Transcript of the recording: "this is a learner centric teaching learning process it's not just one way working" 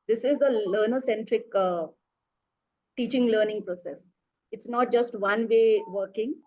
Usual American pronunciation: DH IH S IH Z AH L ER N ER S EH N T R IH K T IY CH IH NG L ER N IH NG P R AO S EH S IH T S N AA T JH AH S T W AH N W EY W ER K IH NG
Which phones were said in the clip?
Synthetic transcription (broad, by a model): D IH S IH Z AH L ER N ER S EH N T R IH K T IY CH IH NG L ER N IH NG P R AO S EH S IH T S N AA T JH AH S T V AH N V EY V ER K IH NG